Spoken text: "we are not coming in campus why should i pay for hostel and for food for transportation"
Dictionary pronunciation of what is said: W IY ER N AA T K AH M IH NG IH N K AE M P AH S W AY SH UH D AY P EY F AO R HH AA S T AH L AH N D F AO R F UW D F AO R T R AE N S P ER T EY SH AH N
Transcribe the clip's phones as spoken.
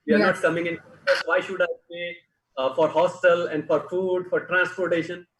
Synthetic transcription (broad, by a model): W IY ER N AA T K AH M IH NG IH N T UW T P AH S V AY SH UH D AY B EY F AO R HH AA S T AH L AH N D F AO R F UW D F AO R T R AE N S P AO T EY SH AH N